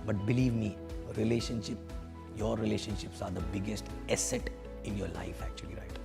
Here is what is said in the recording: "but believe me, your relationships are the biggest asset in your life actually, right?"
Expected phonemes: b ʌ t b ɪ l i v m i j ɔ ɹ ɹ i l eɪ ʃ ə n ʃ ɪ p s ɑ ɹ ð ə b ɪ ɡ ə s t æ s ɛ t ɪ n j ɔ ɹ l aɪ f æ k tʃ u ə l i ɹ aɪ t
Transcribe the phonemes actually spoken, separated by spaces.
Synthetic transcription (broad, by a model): b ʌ t b ɪ l i v m i j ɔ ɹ ɹ i l eɪ ʃ ə n ʃ ɪ p s ɑ ɹ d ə b ɪ ɡ ə s t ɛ s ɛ t ɪ n j ɔ ɹ l aɪ f æ k tʃ u ə l i ɹ aɪ t